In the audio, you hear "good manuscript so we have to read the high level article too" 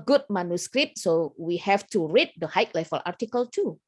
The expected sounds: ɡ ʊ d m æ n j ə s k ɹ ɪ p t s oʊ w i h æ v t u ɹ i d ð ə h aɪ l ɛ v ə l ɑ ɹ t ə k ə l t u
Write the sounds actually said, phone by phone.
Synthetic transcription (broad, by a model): ɡ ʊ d m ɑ n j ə s k ɹ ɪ p t s oʊ w i h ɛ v t u ɹ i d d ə h aɪ l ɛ f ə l ɑ ɹ t ə k ə l t u